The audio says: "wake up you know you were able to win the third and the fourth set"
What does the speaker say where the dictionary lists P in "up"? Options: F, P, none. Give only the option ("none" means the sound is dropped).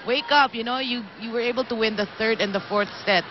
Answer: P